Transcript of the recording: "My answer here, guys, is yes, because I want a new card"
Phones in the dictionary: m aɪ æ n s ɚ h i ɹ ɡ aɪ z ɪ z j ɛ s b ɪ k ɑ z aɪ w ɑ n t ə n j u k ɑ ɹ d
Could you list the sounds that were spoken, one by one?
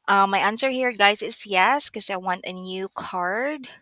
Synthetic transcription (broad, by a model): m aɪ æ n s ɚ h i ɹ ɡ aɪ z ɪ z j ɛ s k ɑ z aɪ w ɑ n t ə n j u k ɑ ɹ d